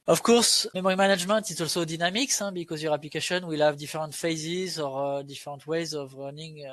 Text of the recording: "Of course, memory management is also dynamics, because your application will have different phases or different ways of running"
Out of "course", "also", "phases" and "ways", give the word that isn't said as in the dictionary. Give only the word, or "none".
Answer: none